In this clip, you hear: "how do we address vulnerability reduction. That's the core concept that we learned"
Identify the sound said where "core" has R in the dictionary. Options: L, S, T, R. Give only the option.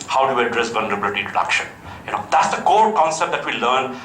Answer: L